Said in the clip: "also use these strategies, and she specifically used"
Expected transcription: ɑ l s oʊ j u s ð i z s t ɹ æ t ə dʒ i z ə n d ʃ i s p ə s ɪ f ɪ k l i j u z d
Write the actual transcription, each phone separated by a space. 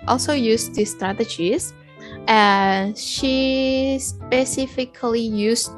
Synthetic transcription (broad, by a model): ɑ l s oʊ j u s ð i s t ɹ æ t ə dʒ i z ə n ʃ i s p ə s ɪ f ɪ k l i j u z